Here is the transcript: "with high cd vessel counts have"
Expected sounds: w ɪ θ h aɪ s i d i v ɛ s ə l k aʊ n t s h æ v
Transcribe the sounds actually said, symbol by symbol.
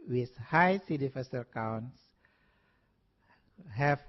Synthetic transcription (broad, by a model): w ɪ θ h aɪ s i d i f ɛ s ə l k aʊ n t s h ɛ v